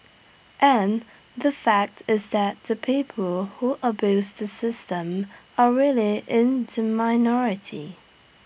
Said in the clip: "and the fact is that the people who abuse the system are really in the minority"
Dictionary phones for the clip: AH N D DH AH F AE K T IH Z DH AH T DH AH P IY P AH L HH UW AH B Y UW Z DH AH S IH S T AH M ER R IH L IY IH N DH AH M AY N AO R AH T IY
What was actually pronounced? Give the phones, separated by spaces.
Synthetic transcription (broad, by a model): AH N DH AH F AE K T IH Z DH AH T DH AH P IY P AH L HH UW AH B Y UW Z DH AH S IH S T AH M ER R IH L IY IH N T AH M AY N AO R AH T IY